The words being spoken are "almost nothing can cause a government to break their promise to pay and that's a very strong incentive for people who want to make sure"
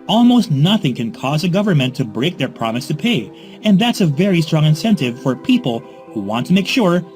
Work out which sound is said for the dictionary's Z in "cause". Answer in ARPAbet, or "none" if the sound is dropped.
Z